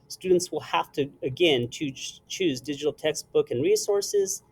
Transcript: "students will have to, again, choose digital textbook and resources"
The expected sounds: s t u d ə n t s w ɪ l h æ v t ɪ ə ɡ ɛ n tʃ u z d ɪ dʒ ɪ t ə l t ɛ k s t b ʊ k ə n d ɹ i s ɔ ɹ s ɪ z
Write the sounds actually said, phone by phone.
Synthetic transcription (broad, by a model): s t u d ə n t s w ɪ l h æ f t ɪ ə ɡ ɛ n tʃ u z d ɪ dʒ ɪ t l t ɛ k s t b ʊ k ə n ɹ i s ɔ ɹ s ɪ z